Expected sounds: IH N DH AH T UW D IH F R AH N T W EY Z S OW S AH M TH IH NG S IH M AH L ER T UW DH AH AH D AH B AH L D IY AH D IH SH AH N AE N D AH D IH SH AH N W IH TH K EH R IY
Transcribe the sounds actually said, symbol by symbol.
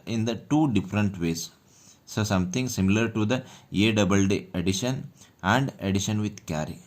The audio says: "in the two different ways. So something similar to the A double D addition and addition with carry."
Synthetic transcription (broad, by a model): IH N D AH T UW D IH F R AH N T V EY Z S OW S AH M T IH NG S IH M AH L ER T UW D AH AH D AH B AH L D IY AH D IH SH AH N AE N D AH D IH SH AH N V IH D K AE R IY